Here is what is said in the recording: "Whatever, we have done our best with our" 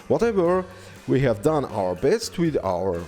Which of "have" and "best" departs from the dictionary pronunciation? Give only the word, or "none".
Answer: none